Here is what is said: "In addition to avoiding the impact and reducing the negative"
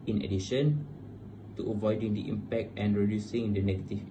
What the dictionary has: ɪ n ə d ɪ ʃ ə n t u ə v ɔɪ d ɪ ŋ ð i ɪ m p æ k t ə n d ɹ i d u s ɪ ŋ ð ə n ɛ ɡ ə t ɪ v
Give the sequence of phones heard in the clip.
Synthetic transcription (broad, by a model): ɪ n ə d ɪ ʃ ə n t u ə v ɔɪ d ɪ ŋ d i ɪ m p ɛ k t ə n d ɹ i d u s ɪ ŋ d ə n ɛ ɡ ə t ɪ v